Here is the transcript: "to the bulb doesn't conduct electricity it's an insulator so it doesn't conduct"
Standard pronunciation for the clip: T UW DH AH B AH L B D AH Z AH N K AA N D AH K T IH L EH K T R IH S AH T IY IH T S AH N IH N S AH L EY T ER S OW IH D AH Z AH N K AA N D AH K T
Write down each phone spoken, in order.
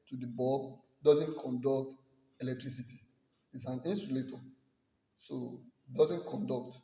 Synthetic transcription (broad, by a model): T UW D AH B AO B D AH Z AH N K AA N D AH K T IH L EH K T R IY S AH T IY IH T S AH N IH N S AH L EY T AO S OW D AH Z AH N K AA N D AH K T